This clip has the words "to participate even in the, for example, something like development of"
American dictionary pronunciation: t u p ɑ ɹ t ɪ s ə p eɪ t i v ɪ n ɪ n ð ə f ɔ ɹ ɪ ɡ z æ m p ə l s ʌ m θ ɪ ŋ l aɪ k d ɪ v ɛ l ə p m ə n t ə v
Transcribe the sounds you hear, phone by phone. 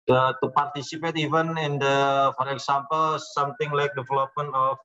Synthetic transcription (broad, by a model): t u p ɑ ɹ t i s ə p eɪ t i v ɪ n ɪ n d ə f ɔ ɹ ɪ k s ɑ m p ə l s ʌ m t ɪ ŋ l aɪ k d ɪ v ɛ l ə p m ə n ə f